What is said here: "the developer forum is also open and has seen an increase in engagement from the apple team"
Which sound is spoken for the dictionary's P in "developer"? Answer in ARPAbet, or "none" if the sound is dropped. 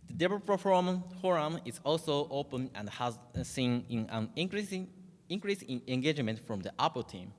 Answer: F